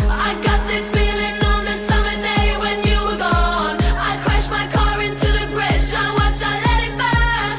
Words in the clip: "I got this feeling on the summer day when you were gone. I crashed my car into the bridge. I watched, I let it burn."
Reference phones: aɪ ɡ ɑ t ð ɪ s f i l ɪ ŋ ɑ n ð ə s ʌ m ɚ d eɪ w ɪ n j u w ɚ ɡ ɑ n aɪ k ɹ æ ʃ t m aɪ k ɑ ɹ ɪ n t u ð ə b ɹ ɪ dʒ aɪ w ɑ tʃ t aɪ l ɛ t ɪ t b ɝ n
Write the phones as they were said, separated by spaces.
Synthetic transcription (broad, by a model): aɪ ɡ ɑ t ð ɪ s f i l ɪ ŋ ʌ n ð ə s ʌ m ɚ d eɪ w ɪ n j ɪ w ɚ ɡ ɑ n aɪ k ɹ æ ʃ m aɪ k ɑ ɹ ɪ n t u ð ə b ɹ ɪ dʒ aɪ w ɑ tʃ aɪ l ɛ t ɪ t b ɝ